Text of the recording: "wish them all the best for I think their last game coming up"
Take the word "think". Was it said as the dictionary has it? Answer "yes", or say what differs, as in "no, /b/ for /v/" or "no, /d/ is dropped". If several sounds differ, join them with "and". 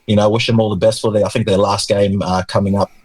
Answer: yes